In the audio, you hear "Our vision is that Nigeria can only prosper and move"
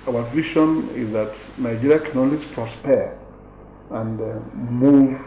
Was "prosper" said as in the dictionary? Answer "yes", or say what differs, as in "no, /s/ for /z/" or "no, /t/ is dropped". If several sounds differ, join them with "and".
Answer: yes